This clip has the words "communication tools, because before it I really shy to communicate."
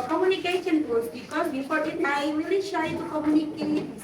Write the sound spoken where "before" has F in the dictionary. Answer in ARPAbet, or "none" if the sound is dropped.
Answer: P